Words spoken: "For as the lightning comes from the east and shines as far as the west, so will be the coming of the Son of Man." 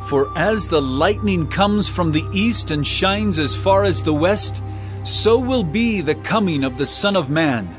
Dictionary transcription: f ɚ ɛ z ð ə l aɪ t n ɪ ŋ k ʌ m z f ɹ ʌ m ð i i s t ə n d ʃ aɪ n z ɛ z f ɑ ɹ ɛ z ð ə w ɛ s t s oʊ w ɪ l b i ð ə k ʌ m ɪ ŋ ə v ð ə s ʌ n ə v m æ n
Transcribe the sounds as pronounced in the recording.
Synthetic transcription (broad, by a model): f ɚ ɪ z ð ə l aɪ t n ɪ ŋ k ʌ m z f ɹ ʌ m ð i i s t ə n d ʃ aɪ n z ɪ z f ɑ ɹ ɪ z ð ə w ɛ s t s oʊ w ɪ l b i ð ə k ʌ m ɪ ŋ ə v ð ə s ʌ n ə v m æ n